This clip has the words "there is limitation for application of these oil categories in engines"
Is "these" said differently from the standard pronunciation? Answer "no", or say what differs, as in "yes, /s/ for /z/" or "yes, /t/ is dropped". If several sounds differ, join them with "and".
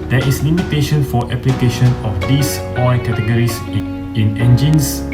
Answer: yes, /s/ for /z/